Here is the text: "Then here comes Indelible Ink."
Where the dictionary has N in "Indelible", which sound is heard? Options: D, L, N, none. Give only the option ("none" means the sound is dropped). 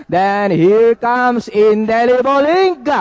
N